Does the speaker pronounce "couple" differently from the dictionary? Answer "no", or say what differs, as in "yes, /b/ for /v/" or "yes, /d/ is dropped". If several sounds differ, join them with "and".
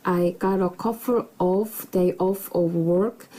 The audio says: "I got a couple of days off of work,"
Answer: yes, /f/ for /p/